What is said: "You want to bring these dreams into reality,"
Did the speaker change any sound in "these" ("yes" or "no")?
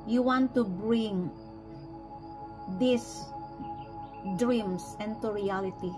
yes